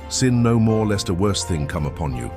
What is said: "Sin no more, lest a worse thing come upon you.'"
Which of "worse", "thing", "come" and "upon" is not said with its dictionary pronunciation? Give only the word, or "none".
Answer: none